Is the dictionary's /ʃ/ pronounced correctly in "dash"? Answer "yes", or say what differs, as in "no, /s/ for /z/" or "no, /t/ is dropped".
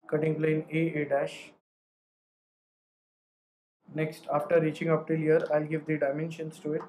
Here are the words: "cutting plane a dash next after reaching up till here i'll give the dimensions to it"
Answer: yes